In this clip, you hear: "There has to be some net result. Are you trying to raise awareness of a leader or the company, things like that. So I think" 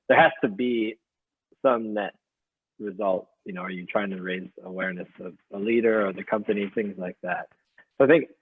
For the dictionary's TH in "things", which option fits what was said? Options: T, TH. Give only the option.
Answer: TH